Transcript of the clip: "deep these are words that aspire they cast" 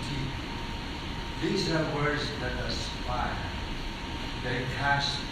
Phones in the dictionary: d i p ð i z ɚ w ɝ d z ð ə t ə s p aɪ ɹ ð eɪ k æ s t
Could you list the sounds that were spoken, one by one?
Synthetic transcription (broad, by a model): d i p ð i z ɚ w ɝ d z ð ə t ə s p aɪ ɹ ð eɪ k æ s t